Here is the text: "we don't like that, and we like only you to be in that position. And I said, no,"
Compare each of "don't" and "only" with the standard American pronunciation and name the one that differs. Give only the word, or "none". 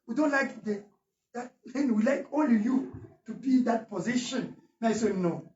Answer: only